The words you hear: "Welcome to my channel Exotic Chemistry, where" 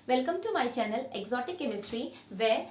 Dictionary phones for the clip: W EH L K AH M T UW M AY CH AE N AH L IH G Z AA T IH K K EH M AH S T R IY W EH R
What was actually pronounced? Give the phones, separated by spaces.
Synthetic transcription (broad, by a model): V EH L K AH M T UW M AY CH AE N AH L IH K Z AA T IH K K EH M AH S T R IY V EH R